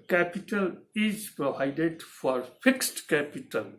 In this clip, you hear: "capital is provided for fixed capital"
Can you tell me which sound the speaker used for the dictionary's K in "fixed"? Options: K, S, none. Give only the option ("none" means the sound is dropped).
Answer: K